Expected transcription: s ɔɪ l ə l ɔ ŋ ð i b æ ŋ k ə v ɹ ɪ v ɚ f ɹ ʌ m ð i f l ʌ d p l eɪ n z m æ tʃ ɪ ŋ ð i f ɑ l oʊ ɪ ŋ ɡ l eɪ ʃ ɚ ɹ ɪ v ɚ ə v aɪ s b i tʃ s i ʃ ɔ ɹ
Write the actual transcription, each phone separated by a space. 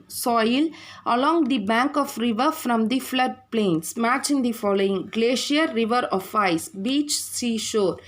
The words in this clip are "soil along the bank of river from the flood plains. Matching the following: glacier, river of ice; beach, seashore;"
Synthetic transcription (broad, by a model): s ɔɪ l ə l ɔ ŋ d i b æ ŋ k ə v ɹ ɪ v ɚ f ɹ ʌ m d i f l ʌ d p l eɪ n s m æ tʃ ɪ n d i f ɑ l oʊ ɪ ŋ ɡ l eɪ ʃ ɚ ɹ ɪ v ɚ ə f aɪ s b i tʃ s i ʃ ɔ ɹ